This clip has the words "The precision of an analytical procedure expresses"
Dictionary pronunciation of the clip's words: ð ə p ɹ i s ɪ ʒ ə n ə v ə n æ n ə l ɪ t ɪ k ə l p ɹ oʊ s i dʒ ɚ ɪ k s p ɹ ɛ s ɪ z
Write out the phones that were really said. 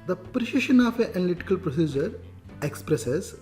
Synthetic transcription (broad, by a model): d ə p ɹ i ʃ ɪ ʃ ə n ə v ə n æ n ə l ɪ t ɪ k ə l p ɹ oʊ s i dʒ ɚ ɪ k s p ɹ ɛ s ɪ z